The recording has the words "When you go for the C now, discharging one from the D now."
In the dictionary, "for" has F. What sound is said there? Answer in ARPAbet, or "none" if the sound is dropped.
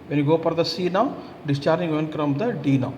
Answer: P